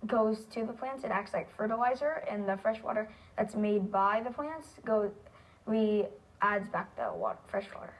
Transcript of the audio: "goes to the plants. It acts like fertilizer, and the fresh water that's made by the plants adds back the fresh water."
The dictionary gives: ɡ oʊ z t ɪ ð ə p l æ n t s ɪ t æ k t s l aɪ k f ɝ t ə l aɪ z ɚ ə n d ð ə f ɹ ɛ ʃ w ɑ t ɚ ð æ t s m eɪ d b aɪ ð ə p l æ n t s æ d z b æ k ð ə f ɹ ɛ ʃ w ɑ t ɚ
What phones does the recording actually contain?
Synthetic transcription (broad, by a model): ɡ oʊ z t ɪ ð ə p l æ n t s ɪ t æ k t s l aɪ k f ɝ t ə l aɪ z ɚ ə n ð ə f ɹ ɛ ʃ w ɑ t ɚ ð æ t s m eɪ d b aɪ ð ə p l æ n t s æ d z b æ k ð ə f ɹ ɛ ʃ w ɑ t ɚ